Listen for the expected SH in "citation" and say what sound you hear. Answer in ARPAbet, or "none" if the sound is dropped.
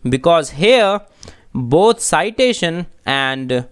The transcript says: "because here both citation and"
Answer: SH